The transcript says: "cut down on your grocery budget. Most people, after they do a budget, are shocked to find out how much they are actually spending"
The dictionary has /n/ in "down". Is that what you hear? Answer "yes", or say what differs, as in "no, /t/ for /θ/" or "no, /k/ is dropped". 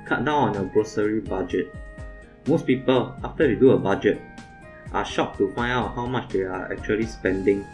no, /n/ is dropped